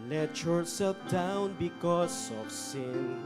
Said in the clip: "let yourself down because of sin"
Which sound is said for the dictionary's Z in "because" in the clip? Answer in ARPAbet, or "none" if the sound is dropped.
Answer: S